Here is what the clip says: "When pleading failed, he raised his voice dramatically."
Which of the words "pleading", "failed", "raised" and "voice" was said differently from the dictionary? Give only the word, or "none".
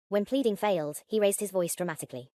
none